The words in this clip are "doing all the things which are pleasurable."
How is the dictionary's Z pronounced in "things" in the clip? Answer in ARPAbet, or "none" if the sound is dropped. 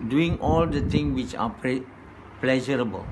none